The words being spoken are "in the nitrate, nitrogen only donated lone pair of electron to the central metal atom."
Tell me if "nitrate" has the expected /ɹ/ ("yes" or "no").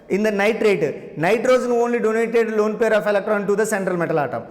yes